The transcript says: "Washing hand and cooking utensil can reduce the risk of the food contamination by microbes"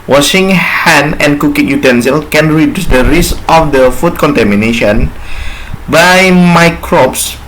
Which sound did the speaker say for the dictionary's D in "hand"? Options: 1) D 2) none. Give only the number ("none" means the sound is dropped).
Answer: 2